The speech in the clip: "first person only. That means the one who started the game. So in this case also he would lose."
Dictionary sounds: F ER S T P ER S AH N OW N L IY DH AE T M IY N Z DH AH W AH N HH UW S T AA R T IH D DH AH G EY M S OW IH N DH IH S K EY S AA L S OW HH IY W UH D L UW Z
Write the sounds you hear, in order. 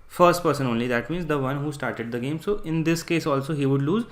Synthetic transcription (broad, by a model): F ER S T P ER S AH N OW N L IY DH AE T M IY N Z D AH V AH N HH UW S T AA R T IH D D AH G EY M S OW IH N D IH S K EY S AA L S OW HH IY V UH D L UW Z